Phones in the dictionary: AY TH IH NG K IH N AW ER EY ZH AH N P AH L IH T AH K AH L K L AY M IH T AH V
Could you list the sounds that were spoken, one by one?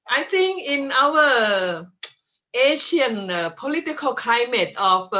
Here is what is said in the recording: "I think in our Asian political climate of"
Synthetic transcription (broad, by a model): AY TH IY NG K IH N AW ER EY SH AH N P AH L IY T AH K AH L K L AY M IH T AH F